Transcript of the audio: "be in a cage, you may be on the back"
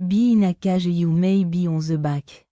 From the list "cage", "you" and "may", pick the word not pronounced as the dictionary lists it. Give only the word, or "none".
cage